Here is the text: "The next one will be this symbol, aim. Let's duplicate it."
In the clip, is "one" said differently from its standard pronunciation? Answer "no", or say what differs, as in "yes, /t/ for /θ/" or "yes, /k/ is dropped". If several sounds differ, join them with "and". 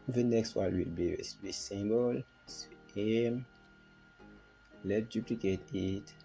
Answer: yes, /l/ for /n/